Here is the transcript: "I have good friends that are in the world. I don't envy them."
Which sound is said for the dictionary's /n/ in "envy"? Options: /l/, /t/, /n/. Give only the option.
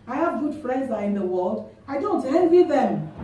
/l/